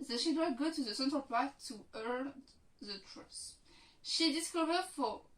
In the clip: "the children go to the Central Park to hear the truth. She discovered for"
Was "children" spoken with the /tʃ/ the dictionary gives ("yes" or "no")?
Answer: no